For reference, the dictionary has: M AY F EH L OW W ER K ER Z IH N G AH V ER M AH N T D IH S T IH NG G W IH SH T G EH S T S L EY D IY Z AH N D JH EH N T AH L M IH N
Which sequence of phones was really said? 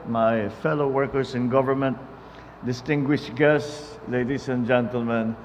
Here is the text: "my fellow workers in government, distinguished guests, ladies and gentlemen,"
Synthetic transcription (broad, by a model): M AY F EH L OW W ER K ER S IH N G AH V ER M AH N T D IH S T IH NG G W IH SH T G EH S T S L EY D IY S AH N JH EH N T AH L M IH N